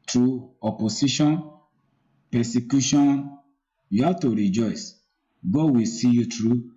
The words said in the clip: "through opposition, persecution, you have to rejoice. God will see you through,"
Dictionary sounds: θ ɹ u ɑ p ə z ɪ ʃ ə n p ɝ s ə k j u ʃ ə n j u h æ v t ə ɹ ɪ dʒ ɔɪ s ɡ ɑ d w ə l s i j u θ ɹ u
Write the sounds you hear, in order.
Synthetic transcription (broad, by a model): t ɹ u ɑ p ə s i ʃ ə n p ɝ s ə k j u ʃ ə n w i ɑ t ə ɹ ɪ dʒ ɔɪ s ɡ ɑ w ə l s i j u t ɹ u